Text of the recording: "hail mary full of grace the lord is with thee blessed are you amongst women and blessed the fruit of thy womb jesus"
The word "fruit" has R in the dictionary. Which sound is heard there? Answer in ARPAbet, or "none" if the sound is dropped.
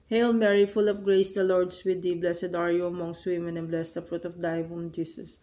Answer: R